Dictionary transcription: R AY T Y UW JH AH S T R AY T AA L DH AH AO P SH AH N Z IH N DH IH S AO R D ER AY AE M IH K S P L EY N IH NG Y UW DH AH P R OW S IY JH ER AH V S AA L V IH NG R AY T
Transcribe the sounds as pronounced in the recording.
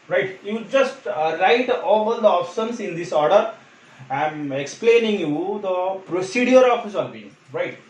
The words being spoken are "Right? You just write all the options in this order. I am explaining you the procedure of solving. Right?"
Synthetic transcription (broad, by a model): R AY T Y UW JH AH S T R AY T AA L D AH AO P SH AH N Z IH N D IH S AO R D ER AY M IH K S P L EY N IH NG Y UW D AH P R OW S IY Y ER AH F S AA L B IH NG R AY T